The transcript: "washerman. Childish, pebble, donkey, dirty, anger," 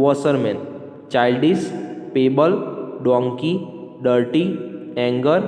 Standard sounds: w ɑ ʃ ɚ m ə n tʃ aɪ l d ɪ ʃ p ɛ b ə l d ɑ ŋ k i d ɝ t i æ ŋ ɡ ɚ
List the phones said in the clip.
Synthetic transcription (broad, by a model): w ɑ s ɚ m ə n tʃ aɪ l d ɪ s p ɛ b ə l d ɑ ŋ k i d ɝ t i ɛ ŋ ɡ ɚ